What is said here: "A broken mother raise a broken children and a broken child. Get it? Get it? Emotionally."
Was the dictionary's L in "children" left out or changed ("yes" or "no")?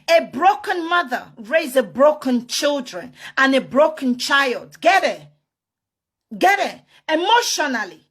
no